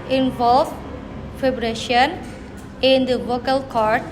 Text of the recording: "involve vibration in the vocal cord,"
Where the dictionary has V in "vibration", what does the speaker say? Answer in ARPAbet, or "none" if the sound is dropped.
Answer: F